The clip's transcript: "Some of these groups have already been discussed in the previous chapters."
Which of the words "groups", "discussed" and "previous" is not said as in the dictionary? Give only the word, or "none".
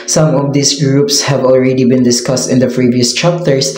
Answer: none